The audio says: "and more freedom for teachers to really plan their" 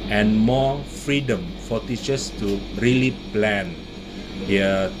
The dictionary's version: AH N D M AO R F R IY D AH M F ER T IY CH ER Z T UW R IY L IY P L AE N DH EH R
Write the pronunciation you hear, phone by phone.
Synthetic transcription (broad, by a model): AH N M AO F R IY D AH M F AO T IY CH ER S T UW R IY L IY P L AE N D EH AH